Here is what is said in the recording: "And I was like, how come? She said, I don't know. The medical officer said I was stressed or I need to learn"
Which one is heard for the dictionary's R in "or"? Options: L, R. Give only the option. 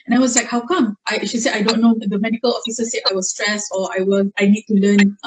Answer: L